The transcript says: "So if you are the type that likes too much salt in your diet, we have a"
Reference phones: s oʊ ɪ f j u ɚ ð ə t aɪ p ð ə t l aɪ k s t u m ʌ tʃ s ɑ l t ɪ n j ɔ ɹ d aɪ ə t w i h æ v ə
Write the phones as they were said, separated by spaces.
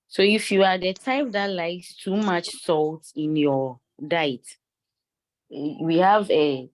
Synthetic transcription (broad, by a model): s oʊ ɪ f j u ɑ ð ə t aɪ p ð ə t l aɪ k s t u m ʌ tʃ s ɑ l t ɪ n j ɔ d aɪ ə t w i h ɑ v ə